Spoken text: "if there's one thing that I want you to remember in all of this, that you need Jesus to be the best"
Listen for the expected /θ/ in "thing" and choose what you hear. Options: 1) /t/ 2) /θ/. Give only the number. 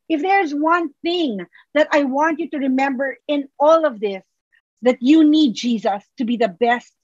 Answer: 2